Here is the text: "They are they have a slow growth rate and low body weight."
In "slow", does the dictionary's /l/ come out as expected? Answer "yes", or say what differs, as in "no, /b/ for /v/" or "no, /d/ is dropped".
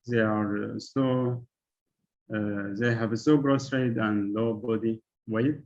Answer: no, /l/ is dropped